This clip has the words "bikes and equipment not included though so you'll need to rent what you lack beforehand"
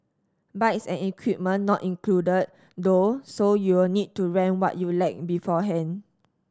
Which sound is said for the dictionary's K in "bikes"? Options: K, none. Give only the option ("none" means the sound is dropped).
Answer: none